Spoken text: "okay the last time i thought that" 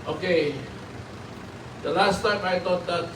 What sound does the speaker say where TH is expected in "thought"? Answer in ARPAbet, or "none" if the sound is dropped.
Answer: T